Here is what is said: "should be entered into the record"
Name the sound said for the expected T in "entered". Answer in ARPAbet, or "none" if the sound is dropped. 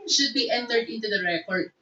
T